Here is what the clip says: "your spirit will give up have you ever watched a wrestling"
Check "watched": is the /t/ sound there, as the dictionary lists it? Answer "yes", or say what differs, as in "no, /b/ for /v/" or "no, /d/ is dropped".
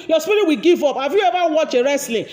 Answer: no, /t/ is dropped